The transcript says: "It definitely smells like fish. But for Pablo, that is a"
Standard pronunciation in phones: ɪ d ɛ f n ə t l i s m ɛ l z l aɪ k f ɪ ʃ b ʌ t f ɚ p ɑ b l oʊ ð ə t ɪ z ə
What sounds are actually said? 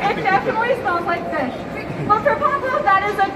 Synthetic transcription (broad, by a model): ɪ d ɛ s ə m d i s ɑ n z l aɪ k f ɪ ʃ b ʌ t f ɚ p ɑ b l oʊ ð ə t ɪ z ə